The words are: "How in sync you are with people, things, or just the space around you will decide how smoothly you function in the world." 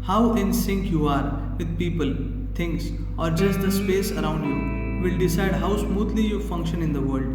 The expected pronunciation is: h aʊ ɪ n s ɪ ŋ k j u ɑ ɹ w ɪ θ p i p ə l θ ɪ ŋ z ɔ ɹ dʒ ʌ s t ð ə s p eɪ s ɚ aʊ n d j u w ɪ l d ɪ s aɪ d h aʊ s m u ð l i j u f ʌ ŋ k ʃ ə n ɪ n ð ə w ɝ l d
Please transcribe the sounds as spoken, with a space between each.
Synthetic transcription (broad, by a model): h aʊ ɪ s s ɪ ŋ k j u ɑ ɹ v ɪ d p i p ə l t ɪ ŋ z ɔ ɹ dʒ ʌ s t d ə s p eɪ s ɚ aʊ n d j u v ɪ l d ɪ s aɪ d h aʊ s m u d l i j u f ʌ ŋ k ʃ ə n ɪ n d ə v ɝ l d